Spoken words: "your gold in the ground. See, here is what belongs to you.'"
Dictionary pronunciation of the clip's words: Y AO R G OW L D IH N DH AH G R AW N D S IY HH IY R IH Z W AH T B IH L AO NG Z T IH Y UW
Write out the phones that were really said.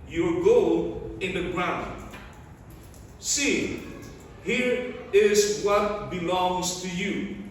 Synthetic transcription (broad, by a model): Y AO R G OW L IH N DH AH G R AW N D S IY HH IY R IH Z W AH T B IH L AO NG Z T IH Y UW